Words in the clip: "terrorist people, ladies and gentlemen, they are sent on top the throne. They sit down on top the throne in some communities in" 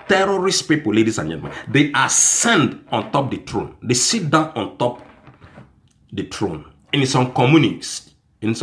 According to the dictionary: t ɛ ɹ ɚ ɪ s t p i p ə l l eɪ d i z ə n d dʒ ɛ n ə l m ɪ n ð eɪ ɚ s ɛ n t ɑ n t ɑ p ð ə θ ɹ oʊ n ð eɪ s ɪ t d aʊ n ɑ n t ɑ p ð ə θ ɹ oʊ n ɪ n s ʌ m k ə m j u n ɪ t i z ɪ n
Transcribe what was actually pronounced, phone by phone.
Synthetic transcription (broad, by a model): t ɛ ɹ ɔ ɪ s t p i p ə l l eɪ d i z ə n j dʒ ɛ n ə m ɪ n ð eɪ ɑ s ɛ n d ɑ n t ɑ p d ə t ɹ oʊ n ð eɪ s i t d aʊ n ɑ n t ɑ p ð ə t ɹ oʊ n ɪ n s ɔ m k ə m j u n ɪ s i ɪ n